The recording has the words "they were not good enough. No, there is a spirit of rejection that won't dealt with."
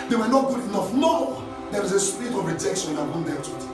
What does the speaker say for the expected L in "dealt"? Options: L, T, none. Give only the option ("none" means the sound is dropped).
none